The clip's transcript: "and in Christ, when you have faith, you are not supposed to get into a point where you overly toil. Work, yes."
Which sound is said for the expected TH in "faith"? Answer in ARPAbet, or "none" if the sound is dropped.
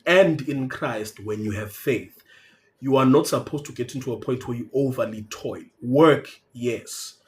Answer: TH